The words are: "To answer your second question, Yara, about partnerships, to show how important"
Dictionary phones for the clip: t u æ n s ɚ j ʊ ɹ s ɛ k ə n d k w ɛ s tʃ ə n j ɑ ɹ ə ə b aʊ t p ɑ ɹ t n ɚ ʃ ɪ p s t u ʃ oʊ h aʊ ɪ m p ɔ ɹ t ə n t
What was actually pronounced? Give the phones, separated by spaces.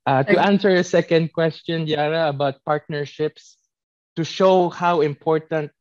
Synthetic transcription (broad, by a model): t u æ n s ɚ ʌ s ɛ k ə n d k w ɛ s tʃ ə n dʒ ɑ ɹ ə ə b aʊ t p ɑ ɹ t n ɚ ʃ ɪ p s t u ʃ oʊ h aʊ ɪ m p ɔ ɹ t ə n t